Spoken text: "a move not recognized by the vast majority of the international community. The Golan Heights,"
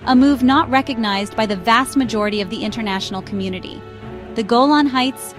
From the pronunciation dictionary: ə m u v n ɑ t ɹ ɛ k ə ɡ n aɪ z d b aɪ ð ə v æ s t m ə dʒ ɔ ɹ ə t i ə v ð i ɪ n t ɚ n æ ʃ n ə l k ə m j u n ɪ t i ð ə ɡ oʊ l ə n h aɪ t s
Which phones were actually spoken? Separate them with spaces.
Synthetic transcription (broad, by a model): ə m u v n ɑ t ɹ ɛ k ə ɡ n aɪ z b aɪ ð ə v æ s t m ə dʒ ɔ ɹ ə t i ə v ð i ɪ n t ɚ n æ ʃ n l k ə m j u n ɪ t i ð ə ɡ oʊ l ə n h aɪ t s